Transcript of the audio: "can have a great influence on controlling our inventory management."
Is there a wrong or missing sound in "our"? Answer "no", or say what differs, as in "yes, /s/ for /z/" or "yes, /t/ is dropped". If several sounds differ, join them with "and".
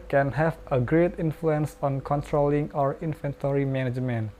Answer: no